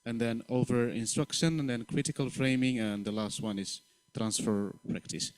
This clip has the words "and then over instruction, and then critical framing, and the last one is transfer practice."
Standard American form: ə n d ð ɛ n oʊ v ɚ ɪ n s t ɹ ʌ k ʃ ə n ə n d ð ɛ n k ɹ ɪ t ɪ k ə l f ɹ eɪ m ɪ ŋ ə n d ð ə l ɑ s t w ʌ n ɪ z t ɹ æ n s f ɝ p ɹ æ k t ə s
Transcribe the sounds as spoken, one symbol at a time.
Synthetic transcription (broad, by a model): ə n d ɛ n oʊ v ɚ ɪ n s t ɹ ʌ k ʃ ə n ə n d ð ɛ n k ɹ ɪ t ɪ k ə l f ɹ eɪ m ɪ ŋ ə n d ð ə l ɑ s t w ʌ n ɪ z t ɹ æ n s f ɝ p ɹ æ k t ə s